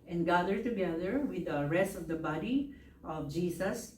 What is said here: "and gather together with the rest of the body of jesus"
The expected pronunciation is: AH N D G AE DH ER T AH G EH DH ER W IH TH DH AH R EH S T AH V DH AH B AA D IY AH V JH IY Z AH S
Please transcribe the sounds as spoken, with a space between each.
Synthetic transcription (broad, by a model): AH N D G AE DH ER T AH G EH DH ER W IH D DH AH R EH S T AH V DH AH B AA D IY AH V JH IY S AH S